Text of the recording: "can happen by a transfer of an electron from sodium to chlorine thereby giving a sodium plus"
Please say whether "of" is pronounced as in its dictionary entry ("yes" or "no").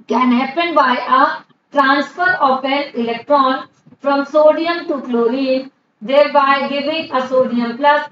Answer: no